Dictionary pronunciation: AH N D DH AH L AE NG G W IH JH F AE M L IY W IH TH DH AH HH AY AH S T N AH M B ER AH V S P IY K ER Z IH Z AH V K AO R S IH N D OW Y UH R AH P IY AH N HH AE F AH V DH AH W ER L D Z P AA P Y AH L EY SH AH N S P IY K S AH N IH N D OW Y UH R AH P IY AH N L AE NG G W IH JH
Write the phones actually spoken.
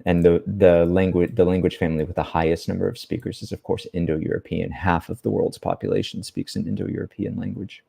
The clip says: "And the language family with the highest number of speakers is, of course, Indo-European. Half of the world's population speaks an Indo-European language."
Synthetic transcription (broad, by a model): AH N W DH AH L AE NG G W IH JH F AE M L IY W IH DH AH HH AY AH S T N AH M B ER AH V S P IY K ER Z IH Z AH V K AO R S IH N D OW Y UH R AH P IY AH N HH AE F AH V DH AH W ER L D Z P AA P Y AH L EY SH N S P IY K S AH N IH N D OW Y UH R AH P IY AH N L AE NG G W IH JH